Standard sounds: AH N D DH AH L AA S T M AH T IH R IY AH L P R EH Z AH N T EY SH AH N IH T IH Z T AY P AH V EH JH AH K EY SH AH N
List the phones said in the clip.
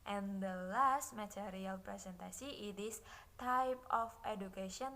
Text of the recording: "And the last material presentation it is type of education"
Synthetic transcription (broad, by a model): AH N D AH L AA S T M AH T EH R IY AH L P R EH S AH N T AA S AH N IH T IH S T AY P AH F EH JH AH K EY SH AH N